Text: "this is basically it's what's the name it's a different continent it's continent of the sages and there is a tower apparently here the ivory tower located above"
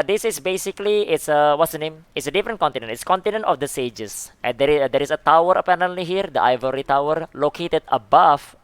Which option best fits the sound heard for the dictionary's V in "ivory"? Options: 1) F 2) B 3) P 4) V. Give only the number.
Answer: 4